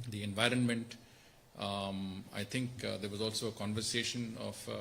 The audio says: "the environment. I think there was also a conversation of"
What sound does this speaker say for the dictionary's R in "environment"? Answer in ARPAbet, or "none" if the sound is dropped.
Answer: R